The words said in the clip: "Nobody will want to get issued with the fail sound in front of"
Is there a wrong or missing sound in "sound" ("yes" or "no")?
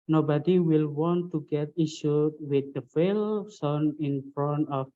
yes